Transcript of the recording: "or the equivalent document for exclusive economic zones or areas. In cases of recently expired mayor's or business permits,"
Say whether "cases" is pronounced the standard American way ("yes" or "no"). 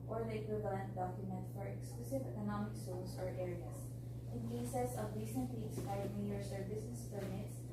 no